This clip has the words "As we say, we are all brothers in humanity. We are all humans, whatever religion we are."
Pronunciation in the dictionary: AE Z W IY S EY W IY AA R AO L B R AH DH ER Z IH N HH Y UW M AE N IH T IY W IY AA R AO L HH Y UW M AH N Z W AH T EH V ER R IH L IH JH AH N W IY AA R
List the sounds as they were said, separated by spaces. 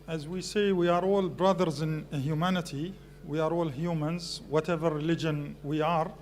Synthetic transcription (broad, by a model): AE Z W IY S EY W IY AA R AO L B R AH DH ER Z IH N HH Y UW M AE N IH T IY W IY AA R AO L HH Y UW M AH N Z W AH T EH V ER R IH L IH JH AH N W IY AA R